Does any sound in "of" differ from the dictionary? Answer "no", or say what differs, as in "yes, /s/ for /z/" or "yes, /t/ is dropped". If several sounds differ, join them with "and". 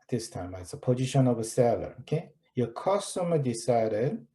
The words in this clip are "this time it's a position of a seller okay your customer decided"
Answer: no